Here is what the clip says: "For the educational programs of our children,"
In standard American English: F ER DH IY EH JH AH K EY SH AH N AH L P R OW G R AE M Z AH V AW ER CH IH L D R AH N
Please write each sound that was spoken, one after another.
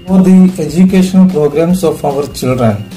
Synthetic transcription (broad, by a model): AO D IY EH JH AH K EY SH AH N AH L P R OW G R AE M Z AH P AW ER CH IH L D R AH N